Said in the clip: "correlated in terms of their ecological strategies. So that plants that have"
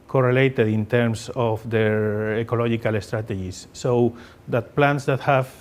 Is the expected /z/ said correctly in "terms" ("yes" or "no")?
no